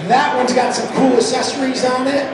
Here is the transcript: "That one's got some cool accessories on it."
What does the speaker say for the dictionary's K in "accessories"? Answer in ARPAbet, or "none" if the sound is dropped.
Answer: none